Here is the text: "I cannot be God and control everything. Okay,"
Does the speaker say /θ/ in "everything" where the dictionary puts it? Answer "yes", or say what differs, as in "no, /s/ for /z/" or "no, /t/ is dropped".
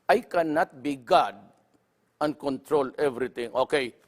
no, /t/ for /θ/